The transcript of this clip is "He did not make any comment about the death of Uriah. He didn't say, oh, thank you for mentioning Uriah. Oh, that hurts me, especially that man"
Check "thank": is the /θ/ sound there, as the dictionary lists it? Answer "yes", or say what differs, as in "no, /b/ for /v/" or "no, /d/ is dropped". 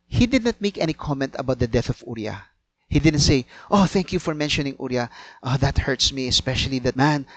yes